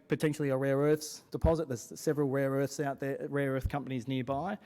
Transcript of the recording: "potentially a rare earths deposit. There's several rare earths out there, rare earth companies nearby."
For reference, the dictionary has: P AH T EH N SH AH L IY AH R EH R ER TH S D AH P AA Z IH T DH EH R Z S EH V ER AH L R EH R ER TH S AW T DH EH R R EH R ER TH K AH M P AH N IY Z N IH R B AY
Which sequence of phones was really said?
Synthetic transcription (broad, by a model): P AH T EH N SH L IY AH R EH R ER TH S D AH P AA Z IH T DH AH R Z S EH V ER AH L R EH R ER TH S AW T DH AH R R EH R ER TH K AH M P AH N IY Z N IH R B AY